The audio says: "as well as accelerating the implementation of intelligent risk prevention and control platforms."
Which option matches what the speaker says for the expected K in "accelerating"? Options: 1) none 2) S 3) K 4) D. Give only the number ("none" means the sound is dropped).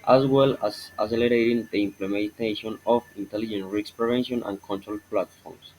1